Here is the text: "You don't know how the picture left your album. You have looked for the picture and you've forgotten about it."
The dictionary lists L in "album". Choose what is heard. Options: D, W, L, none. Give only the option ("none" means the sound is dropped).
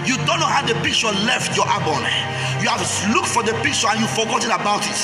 none